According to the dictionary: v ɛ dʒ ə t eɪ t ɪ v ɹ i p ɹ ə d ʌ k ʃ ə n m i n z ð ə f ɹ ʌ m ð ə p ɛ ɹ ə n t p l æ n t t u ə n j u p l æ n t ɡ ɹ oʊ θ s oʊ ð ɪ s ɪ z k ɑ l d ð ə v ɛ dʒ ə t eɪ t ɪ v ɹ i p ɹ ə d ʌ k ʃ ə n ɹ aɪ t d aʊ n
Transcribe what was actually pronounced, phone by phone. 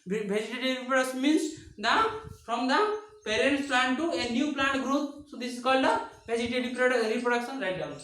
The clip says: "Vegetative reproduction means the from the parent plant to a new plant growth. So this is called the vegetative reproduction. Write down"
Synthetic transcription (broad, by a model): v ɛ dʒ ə t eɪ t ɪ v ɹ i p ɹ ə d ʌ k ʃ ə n m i n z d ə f ɹ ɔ m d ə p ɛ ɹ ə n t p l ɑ n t t u ə n j u p l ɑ n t ɡ ɹ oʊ t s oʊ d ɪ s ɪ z k ɑ l d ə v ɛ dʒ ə t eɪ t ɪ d ɹ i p ɹ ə d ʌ k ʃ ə n ɹ aɪ t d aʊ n